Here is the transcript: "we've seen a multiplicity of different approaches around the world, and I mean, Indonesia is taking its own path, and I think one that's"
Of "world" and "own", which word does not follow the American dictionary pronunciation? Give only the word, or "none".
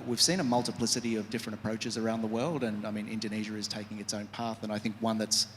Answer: none